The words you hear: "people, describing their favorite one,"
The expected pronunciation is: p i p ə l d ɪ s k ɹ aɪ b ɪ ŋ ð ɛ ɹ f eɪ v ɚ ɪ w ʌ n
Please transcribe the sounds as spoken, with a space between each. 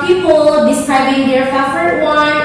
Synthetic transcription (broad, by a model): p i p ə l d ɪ s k ɹ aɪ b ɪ ŋ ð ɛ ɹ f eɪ f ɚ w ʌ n